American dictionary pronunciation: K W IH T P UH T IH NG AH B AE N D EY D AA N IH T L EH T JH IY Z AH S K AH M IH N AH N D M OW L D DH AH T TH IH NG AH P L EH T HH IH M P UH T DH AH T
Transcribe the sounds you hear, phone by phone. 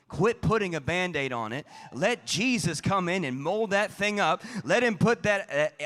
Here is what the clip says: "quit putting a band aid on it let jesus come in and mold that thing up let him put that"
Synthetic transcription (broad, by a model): K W IH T P UH T IH NG AH B AE N D EY D N IH T L EH T JH IY Z AH S K AH M IH N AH N M OW L D DH AH T TH IH NG AH P L EH T HH IH M P UH T DH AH T